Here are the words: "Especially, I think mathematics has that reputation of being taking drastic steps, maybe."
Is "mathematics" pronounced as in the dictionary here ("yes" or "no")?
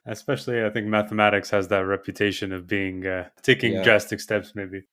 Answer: yes